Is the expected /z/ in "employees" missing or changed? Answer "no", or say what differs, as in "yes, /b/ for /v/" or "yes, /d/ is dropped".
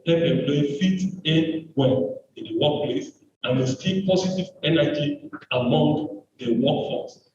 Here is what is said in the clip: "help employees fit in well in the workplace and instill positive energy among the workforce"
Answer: yes, /z/ is dropped